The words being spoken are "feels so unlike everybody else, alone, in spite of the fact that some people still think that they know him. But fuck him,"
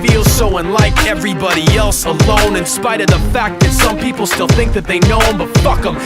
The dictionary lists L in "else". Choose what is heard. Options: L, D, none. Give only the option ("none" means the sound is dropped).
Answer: L